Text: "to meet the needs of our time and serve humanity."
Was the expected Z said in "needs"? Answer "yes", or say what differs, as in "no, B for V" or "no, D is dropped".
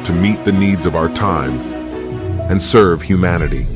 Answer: yes